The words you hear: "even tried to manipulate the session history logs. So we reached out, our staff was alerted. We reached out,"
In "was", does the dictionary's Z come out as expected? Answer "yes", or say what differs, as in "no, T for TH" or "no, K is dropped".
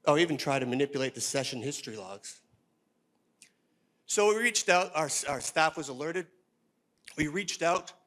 yes